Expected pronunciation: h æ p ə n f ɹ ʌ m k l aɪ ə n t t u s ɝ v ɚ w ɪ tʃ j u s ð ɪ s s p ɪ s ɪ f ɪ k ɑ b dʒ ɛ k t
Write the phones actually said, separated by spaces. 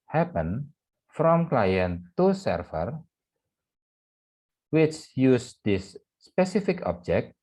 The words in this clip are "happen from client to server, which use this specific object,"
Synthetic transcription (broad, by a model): h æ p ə n f ɹ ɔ m k l aɪ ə n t t u s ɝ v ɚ w ɪ tʃ j u s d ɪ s s p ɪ s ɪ f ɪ k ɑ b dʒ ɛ k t